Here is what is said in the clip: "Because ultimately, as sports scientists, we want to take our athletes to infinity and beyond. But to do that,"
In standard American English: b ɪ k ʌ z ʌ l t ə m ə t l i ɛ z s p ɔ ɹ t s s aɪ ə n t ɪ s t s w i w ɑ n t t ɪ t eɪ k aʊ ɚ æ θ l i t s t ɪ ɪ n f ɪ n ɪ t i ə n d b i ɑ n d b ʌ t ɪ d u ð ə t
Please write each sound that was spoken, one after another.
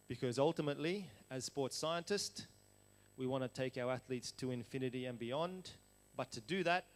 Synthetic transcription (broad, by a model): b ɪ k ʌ z ʌ l t ə m ə t l i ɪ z s p ɔ ɹ t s s aɪ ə n t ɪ s t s w i w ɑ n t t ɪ t eɪ k aʊ ɚ æ θ l i t s t ɪ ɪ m f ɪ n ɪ t i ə n b i ɑ n d b ʌ t ɪ d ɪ ð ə t